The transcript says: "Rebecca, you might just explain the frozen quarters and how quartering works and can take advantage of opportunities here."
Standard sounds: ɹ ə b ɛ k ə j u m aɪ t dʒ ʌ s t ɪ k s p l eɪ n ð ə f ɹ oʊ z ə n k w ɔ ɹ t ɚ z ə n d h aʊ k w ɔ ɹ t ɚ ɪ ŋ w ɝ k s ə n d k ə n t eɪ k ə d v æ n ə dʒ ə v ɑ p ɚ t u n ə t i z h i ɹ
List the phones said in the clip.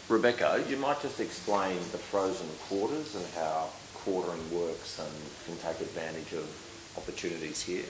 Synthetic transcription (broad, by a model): ɹ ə b ɛ k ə j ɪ m aɪ t dʒ ʌ s t ɪ k s p l eɪ n ð ə f ɹ oʊ z ə n k w ɔ ɹ t ɚ z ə n h aʊ k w ɔ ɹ t ɚ ɪ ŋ w ɝ k s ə n k ə n t eɪ k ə d v æ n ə dʒ ə v ɑ p ɚ t u n ə t i z h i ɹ